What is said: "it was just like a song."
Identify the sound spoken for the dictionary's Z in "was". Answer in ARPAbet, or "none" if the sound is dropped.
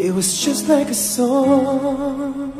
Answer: Z